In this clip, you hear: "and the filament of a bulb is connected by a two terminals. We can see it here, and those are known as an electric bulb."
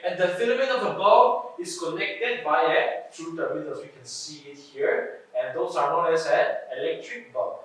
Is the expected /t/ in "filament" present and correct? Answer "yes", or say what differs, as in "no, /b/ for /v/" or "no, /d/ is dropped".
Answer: no, /t/ is dropped